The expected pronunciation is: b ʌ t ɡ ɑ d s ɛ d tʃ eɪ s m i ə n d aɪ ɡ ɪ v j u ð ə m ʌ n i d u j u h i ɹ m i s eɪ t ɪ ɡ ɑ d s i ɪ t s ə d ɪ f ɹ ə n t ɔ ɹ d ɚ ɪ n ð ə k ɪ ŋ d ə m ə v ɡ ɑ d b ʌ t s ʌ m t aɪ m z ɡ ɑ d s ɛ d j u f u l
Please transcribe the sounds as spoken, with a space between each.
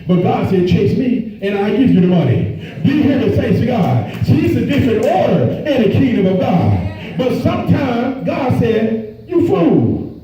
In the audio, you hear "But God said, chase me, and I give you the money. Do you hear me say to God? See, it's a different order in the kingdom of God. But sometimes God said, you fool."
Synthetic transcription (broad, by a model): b ʌ t ɡ ɑ d s ɛ d tʃ eɪ s m i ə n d aɪ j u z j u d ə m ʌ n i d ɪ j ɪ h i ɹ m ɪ s eɪ s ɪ ɡ ɑ d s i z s ə d ɪ f ɹ ə n t ɔ ɹ d ɚ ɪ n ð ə k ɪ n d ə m ə v ɡ ɑ d b ʌ t s ʌ m t aɪ m z ɡ ɑ d s ɛ d j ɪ f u l